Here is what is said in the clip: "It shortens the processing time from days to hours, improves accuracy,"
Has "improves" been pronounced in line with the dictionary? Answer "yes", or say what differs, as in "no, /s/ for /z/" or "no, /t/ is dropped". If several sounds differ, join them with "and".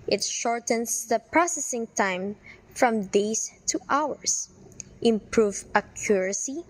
no, /z/ is dropped